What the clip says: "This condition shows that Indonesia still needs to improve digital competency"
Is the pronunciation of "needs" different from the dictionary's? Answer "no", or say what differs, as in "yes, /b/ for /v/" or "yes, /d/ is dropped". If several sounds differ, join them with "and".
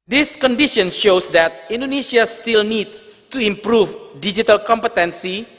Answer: yes, /z/ is dropped